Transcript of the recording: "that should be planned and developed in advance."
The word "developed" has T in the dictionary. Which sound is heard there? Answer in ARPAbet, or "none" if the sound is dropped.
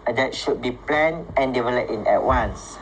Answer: none